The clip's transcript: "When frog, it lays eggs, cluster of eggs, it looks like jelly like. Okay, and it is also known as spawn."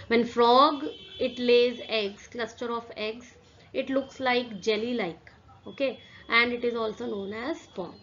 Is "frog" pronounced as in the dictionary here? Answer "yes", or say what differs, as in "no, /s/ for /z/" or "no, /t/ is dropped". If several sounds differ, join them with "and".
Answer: yes